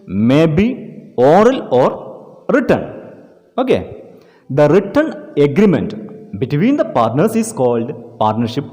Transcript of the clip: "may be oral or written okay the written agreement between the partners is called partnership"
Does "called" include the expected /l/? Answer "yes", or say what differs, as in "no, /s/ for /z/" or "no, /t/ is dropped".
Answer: yes